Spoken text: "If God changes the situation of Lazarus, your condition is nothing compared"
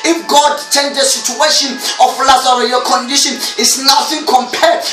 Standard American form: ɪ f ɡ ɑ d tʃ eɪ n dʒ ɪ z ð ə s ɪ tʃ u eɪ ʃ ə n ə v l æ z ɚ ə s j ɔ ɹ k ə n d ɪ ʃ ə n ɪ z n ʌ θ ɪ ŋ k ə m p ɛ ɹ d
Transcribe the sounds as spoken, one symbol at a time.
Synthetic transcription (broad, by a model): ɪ f ɡ ɑ d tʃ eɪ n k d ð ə s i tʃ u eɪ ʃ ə n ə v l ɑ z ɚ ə j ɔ k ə n d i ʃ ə n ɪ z n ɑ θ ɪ ŋ k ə m p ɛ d